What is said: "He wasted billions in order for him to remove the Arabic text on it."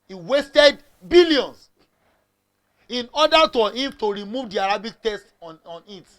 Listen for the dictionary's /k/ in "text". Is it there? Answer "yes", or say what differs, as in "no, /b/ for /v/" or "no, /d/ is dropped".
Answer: no, /k/ is dropped